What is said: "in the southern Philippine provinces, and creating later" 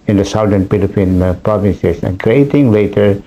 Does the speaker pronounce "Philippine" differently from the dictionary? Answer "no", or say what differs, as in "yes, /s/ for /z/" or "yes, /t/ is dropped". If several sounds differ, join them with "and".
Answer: yes, /p/ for /f/